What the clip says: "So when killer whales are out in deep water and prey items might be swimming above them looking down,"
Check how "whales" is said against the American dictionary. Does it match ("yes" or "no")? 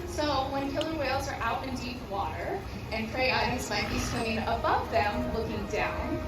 yes